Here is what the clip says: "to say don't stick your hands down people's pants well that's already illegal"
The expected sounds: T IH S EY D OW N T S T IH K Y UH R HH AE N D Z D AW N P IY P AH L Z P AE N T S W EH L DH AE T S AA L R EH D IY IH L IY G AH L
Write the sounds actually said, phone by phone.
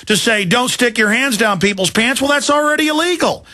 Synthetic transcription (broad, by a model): T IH S EY D OW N T S T IH K Y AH R HH AE N D Z D AW N P IY P L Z P AE N T S W EH L DH AE T S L R EH D IY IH L IY G L